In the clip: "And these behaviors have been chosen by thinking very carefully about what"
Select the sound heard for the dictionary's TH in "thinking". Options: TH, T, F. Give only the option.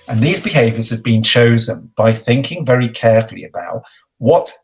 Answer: TH